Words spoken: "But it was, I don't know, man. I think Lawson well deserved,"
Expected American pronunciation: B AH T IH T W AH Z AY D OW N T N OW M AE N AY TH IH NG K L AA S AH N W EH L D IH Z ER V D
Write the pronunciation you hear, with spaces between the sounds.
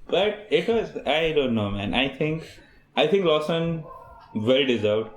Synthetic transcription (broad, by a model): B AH T IH T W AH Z AY D OW N T N OW M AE N AY T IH NG K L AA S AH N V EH L D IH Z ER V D